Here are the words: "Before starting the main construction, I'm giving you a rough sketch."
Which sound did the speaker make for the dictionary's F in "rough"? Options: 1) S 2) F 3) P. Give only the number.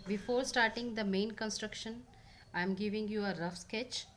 2